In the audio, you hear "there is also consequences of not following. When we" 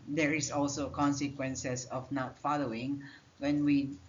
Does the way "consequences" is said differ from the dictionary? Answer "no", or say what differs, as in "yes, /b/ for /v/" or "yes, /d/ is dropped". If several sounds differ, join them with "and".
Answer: yes, /s/ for /z/